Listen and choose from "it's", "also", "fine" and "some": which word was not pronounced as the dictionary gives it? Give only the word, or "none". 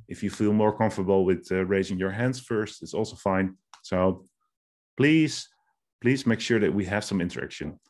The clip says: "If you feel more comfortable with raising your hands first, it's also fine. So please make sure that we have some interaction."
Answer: none